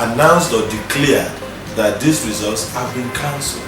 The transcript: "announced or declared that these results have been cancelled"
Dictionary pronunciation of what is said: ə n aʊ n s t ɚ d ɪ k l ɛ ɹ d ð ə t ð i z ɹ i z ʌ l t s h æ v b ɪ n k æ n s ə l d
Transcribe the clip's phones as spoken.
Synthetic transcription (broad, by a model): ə n aʊ n s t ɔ d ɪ k l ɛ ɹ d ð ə t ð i s ɹ i z ʌ l t s h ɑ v b ɪ n k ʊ n s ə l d